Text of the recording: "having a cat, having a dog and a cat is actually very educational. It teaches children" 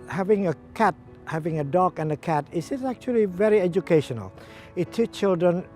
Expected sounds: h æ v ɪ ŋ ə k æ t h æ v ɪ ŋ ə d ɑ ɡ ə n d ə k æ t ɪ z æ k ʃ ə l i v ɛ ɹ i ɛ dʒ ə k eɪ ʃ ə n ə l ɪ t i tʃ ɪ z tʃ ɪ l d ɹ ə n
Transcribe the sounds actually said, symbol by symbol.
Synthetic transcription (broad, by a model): h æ v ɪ ŋ ə k æ t h æ v ɪ ŋ ə d ɑ ɡ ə n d ə k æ t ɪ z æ k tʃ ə l i v ɛ ɹ i ɛ dʒ ə k eɪ ʃ ə n ə l ɪ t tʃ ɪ tʃ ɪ l d ɹ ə n